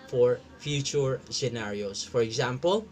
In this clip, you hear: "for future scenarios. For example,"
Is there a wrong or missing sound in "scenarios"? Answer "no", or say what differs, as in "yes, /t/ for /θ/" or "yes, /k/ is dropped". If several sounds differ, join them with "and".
yes, /s/ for /z/